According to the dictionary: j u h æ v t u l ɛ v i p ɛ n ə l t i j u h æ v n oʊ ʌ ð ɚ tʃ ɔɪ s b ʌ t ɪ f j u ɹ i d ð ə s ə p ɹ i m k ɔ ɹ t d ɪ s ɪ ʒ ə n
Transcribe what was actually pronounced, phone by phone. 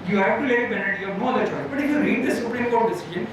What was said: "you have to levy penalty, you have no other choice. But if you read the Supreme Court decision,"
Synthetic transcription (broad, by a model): j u h æ v t u l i b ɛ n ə t j u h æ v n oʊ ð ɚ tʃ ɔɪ b ʌ t ɪ f j u ɹ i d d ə s ə p ɹ i m k ɔ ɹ t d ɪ s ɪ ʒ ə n